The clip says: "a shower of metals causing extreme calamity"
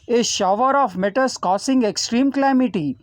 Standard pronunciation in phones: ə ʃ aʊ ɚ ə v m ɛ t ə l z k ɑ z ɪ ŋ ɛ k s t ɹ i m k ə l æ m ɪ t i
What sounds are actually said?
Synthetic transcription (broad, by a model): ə ʃ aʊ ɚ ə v m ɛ t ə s k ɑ s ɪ ŋ ɛ k s t ɹ i m k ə l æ m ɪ t i